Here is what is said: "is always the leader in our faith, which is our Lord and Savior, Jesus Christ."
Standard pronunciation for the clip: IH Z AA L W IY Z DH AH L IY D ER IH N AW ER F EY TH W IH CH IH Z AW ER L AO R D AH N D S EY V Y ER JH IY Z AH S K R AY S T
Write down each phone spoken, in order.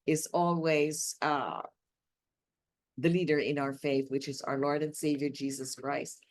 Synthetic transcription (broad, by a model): IH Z AA L W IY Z DH AH L IY D ER IH N AW ER F EY TH W IH CH IH Z AW ER L AO R D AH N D S EY V Y ER JH IY Z AH S K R AY S T